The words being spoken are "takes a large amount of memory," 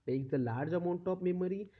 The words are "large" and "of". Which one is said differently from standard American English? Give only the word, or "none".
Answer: of